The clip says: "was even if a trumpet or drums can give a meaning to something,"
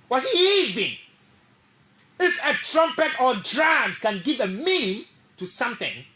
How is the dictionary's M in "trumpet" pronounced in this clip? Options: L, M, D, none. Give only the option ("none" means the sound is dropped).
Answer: M